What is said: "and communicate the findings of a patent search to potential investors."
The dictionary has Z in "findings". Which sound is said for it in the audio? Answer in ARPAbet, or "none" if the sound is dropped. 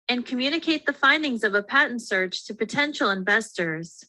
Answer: Z